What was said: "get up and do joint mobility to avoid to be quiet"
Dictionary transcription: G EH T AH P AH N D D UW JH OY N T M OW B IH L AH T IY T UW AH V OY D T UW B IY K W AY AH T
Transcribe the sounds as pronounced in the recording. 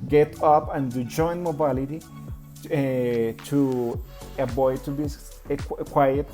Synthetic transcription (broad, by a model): G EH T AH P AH N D D UW JH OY N M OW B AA L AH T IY T UW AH B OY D T UW B IY K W AY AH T